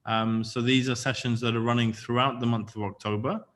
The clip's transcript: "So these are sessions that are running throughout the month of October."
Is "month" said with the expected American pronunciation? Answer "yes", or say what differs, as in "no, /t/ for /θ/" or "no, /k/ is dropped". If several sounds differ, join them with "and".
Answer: yes